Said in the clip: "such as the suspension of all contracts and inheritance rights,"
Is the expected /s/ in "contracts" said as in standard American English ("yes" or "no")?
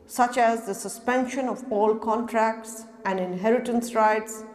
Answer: yes